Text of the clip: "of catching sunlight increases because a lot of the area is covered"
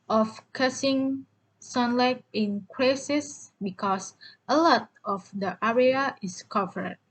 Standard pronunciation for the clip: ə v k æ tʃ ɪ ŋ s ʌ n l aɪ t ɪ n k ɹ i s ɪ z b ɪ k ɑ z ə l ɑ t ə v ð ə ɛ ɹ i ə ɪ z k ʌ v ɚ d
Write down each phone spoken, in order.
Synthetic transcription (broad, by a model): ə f k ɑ s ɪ ŋ s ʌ n l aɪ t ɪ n k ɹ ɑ s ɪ s b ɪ k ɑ s ə l ɑ t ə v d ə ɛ ɹ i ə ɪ s k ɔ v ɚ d